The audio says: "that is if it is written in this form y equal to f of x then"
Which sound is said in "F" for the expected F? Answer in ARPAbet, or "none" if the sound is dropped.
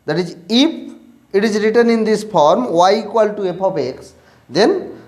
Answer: P